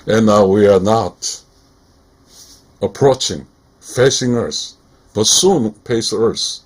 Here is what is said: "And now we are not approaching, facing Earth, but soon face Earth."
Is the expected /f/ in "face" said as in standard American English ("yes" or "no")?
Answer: no